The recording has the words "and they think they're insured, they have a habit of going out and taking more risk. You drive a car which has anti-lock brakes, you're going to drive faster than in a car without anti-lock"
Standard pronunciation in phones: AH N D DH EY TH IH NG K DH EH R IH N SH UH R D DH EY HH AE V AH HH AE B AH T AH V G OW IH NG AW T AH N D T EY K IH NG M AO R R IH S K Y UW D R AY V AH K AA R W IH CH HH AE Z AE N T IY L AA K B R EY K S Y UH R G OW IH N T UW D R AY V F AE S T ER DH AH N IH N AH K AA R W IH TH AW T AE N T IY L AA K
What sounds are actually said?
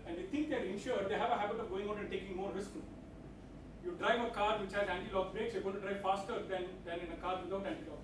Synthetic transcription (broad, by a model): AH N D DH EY T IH NG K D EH R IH N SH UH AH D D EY HH AE V AH HH AE B AH T AH V G OW IH NG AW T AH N T EY K IH NG M AO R R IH S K Y UW D R AY V AH K AA R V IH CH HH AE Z AE N T IY L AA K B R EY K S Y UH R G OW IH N T UW D R AY V F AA S T ER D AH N IH N AH K AA R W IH T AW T AE N T IY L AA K